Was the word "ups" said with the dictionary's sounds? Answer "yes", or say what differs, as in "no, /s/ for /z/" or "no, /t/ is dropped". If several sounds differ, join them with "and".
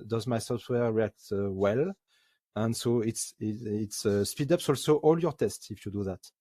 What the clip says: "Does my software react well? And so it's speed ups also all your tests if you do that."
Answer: yes